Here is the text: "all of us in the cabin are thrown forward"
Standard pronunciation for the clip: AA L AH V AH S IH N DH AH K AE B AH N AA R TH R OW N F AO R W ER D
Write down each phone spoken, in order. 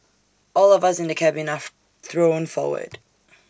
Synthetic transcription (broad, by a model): AA L AH V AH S IH N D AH K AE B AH N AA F TH R OW N F AO W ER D